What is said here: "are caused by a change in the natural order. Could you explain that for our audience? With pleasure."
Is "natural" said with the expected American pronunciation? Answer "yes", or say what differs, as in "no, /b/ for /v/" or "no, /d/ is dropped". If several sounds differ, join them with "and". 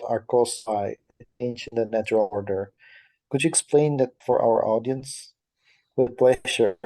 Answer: yes